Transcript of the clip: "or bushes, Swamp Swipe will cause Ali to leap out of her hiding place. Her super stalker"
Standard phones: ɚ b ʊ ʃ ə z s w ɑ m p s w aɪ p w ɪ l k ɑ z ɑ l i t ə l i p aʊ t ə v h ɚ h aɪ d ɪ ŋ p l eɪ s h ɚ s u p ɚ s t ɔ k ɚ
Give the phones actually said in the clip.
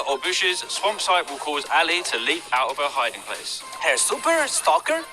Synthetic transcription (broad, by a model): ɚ b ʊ ʃ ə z s w ɑ m p s aɪ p w ɪ l k ɑ z ɑ l i t ə l i p aʊ t ə v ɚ h aɪ d ɪ ŋ p l eɪ s h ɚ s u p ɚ s t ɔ k ɚ